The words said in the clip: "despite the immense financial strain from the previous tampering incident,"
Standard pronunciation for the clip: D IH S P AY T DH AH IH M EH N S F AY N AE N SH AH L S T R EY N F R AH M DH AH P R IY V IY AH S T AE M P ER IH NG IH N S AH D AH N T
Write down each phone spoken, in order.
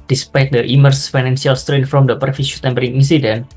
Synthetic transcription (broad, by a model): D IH S P AY T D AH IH M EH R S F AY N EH N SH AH L S T R EY N F R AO M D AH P R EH F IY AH T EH M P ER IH NG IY N S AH D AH N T